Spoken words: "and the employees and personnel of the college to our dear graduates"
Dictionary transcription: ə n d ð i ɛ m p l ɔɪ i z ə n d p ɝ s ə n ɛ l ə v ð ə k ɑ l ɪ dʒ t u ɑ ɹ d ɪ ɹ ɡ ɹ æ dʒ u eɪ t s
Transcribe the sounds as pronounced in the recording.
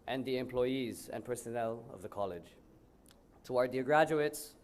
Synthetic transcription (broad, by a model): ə n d ð i ɛ m p l ɔɪ i z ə n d p ɝ s ə n ɛ l ə v ð ə k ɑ l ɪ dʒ t u ɑ ɹ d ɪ ɡ ɹ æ dʒ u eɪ t s